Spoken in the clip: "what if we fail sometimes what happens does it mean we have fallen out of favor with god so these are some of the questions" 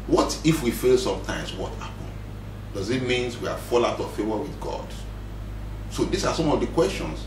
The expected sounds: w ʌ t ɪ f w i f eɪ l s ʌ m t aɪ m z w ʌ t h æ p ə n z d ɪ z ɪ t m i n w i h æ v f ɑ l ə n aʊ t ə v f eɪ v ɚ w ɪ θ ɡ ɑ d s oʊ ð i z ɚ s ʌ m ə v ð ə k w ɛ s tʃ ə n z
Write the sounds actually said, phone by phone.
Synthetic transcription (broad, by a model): w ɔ t ɪ f w i f eɪ l s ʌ m t aɪ m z w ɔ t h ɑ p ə n d ɪ z ɪ t m i n w i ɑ f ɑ l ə ʊ t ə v f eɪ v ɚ w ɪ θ ɡ ɑ d s oʊ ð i s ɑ s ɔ m ə v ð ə k w ɛ s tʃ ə n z